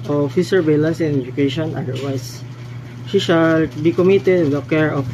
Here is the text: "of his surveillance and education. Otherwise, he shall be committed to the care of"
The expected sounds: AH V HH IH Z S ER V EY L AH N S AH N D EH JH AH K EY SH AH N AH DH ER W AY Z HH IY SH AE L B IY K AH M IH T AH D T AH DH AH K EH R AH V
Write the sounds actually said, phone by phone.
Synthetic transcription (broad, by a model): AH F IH S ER B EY L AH N S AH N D EH JH AH K EY SH AH N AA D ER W AY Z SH IY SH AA L B IY K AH M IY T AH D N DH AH K EH R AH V